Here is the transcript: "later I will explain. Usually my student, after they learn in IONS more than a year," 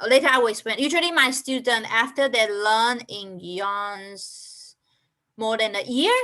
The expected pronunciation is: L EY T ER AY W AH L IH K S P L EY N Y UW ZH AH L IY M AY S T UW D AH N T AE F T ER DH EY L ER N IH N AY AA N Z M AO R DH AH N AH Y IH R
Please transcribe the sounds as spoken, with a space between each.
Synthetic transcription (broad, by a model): L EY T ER AY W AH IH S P EY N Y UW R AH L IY M AY S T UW D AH N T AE F T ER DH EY L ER N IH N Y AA N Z M AO R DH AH N AH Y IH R